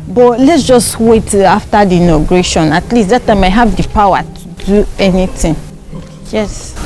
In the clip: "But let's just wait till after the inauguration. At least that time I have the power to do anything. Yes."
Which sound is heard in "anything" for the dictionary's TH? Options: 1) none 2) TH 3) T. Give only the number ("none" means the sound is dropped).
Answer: 3